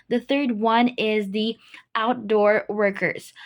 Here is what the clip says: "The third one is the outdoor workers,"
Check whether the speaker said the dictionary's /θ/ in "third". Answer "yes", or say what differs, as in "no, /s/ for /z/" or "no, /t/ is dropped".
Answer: yes